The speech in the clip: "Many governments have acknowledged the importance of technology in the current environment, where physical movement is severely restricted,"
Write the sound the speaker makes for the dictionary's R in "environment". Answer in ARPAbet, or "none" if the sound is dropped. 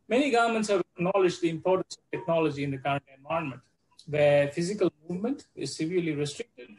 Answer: none